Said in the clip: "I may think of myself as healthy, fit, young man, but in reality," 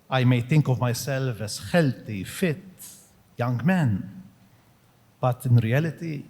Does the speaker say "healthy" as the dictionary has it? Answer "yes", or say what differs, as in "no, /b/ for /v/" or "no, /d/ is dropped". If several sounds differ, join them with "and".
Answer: no, /t/ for /θ/